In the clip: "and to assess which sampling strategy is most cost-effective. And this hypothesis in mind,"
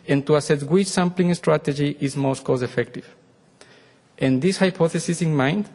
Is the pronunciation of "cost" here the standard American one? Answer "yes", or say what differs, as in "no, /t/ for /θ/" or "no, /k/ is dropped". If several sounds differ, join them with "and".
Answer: no, /t/ is dropped